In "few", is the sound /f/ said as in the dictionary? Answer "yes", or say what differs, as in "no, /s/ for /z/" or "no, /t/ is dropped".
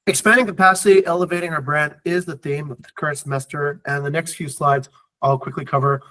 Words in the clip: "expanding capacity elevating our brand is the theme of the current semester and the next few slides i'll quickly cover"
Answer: yes